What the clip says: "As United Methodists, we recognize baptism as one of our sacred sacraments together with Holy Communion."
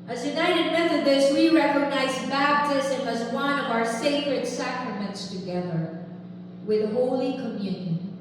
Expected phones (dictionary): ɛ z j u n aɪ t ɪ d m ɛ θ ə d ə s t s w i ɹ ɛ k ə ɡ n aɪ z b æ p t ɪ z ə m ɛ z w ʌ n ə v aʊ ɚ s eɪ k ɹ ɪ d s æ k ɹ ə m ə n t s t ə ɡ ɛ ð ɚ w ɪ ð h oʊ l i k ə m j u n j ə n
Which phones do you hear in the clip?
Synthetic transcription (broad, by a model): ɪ z j u n aɪ t ɪ d m ɛ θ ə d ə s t w i ɹ ɛ k ə ɡ n aɪ z b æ b t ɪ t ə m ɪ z w ʌ n ə v aʊ ɚ s eɪ k ɹ ɪ d s æ k ɹ ə m ə n t s t ə ɡ ɛ ð ɚ w ɪ ð h oʊ l i k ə m j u n j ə n